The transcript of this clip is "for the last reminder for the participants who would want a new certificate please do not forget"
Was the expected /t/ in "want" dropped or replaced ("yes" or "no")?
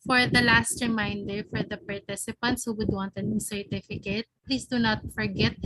no